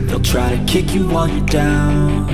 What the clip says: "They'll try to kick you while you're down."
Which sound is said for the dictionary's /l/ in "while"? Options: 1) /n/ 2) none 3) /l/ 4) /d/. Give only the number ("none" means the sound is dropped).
1